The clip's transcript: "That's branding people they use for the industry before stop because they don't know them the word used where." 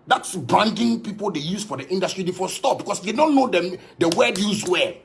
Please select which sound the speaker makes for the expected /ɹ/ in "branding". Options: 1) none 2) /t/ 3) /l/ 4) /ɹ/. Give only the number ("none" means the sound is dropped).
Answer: 1